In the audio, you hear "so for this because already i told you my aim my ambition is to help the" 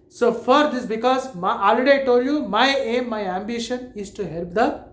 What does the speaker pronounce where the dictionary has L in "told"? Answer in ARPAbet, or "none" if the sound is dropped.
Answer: none